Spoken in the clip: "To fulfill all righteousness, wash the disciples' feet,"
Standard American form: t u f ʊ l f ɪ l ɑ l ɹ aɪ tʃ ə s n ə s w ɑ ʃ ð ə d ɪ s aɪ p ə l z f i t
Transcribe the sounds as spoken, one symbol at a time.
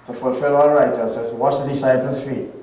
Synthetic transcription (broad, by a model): t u f ʊ l f ɪ l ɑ ɹ aɪ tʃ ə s ə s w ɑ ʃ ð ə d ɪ s aɪ p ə l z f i